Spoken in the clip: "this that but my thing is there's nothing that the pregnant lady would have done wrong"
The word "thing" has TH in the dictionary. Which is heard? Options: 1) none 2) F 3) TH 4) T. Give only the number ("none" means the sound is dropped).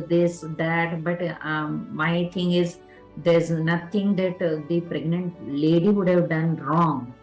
4